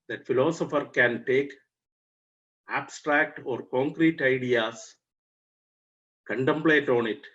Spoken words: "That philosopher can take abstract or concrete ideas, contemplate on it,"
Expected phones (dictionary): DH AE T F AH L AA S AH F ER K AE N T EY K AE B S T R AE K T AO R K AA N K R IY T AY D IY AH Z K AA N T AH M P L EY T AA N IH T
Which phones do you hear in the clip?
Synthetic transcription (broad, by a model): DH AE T F AH L AA S AH F ER K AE N T EY K AE B S T R AE K T AO R K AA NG K R IY T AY D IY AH S K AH N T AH M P L EY T AA N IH T